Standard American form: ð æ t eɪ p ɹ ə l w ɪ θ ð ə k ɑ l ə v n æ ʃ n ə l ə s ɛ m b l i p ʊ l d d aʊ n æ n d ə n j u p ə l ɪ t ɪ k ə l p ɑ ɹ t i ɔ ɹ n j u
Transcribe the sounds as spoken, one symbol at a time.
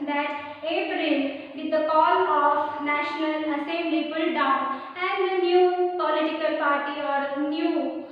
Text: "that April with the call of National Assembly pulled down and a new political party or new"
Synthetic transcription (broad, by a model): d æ t eɪ p ɹ ə l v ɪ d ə k ɑ l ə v n æ ʃ n ə l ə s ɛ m l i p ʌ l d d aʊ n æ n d ə n j u p ə l ɪ t ɪ k ə l p ɑ ɹ t i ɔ ɹ n j u